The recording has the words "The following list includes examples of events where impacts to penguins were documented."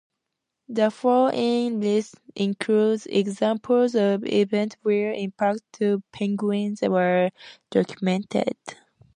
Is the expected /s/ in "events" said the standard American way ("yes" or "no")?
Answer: no